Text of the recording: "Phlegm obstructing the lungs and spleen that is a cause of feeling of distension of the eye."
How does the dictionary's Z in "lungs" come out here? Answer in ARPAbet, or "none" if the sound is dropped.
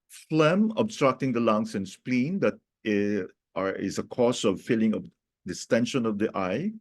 S